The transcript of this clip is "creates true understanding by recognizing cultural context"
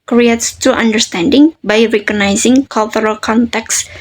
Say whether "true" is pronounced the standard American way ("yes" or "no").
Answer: no